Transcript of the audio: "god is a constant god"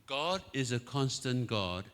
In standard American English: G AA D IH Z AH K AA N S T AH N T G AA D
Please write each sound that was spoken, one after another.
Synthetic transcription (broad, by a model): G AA D IH Z AH K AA N S T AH N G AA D